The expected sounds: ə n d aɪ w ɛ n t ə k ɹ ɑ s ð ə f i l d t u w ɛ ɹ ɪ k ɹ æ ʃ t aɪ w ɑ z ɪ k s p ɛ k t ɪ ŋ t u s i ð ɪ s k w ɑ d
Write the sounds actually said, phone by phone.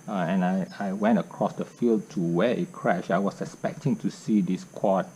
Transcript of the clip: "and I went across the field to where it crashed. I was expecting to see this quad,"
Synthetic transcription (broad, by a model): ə n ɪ aɪ w ɛ n t ə k ɹ ɑ s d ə f i l d t u w ɛ ɪ k ɹ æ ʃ aɪ w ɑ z ɪ k s p ɛ k t ɪ ŋ t u s i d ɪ s k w ɑ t